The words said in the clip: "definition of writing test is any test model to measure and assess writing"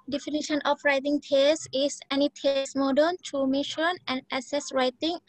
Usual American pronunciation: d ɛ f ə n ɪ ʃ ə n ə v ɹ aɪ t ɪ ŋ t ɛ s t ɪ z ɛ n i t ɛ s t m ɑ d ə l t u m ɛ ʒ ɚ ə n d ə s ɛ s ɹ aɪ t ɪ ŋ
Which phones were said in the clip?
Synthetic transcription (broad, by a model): d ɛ f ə n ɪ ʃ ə n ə f ɹ aɪ t ɪ ŋ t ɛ s ɪ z ɛ n i t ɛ s m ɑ d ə n t u m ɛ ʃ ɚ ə n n ə s ɛ s ɹ aɪ t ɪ ŋ